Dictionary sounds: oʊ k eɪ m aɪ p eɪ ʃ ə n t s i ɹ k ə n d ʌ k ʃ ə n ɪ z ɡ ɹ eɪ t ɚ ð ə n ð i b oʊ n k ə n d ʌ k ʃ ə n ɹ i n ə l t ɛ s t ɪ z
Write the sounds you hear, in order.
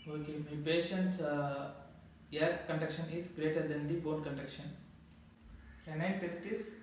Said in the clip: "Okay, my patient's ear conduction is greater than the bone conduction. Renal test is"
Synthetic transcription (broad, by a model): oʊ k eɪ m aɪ p eɪ ʃ ə n t s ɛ ɹ k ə n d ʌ k ʃ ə n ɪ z ɡ ɹ eɪ t ɚ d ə n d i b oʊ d k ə n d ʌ k ʃ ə n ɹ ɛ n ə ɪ t ɛ s t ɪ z